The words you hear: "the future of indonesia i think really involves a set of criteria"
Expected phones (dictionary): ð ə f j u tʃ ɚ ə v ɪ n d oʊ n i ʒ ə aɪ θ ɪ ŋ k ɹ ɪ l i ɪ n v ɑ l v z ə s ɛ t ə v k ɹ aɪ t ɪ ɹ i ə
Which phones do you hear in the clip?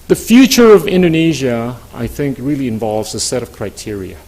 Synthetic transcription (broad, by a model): ð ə f j u tʃ ɚ ə v ɪ n d oʊ n i ʒ ə aɪ θ ɪ ŋ k ɹ ɪ l i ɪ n v ɑ l v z ə s ɛ t ə v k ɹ aɪ t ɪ ɹ i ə